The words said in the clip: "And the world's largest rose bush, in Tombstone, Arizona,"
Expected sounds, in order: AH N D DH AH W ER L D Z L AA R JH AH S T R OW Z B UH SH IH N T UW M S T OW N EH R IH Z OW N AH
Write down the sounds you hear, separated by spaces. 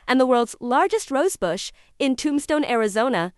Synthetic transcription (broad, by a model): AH N DH AH W ER L D Z L AA R JH AH S T R OW Z B UH SH IH N T UW M S T OW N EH R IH Z OW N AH